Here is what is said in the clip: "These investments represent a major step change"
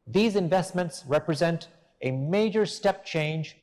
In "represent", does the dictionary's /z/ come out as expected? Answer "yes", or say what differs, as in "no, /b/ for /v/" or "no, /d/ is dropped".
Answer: yes